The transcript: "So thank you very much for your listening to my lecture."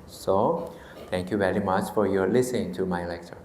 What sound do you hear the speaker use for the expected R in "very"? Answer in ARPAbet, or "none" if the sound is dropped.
R